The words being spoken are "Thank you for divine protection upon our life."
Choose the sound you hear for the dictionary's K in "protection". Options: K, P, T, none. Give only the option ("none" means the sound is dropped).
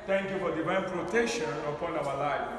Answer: none